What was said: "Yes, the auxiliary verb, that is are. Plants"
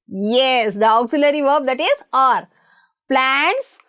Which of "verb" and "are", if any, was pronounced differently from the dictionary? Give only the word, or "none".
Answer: none